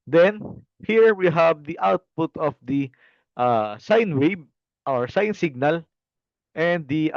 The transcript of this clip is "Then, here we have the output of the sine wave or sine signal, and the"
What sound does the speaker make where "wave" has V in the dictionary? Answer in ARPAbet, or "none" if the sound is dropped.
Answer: B